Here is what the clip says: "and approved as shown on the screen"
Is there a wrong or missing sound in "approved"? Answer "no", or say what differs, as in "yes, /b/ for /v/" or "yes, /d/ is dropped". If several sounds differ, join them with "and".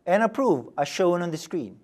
yes, /d/ is dropped